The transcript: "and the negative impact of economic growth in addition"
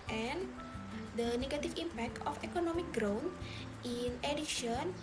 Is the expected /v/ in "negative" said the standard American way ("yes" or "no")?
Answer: no